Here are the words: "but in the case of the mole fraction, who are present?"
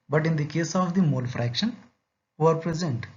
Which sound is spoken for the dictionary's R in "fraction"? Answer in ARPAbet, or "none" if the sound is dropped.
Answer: R